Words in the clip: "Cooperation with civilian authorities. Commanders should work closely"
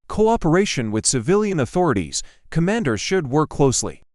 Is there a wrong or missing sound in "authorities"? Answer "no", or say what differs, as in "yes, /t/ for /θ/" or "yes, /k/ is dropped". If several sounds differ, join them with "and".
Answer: no